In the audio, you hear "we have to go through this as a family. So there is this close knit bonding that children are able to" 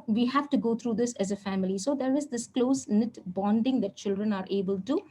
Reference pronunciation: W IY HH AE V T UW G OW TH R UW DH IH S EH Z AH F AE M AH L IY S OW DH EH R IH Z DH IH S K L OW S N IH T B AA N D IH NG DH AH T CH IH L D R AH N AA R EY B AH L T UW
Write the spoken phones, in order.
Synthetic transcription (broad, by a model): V IY HH AE V T UW G OW T R UW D IH S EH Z AH F AE M AH L IY S OW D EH R IH Z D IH S K L OW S N IH T B AA N D IH NG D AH T CH IH L D R AH N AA R EY B AH L T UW